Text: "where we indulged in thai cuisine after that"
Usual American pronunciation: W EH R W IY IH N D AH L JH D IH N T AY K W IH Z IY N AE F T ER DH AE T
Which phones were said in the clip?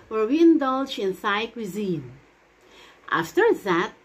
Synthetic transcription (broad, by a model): W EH R W IY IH N D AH L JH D IH N S AY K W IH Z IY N AE F T ER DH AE T